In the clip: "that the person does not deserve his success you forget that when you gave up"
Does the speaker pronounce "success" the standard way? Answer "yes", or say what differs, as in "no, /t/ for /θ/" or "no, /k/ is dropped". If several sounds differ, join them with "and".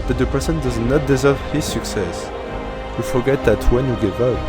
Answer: yes